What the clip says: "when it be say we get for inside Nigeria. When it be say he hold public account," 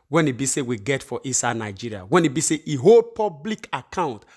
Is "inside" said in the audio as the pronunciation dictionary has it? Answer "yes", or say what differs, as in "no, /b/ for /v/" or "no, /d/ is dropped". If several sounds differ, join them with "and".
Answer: no, /n/ is dropped